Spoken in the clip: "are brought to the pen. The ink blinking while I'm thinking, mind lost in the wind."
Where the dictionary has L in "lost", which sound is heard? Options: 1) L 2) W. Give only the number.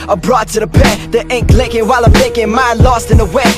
1